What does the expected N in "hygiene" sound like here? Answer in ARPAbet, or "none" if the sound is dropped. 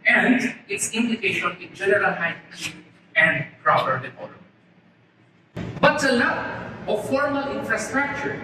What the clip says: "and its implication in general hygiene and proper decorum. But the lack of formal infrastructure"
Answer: none